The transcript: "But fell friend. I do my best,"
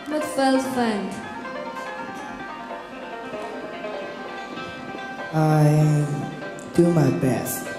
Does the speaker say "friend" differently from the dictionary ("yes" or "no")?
yes